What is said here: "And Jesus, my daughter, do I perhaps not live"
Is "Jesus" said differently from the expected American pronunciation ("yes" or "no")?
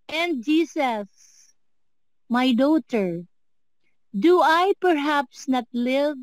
yes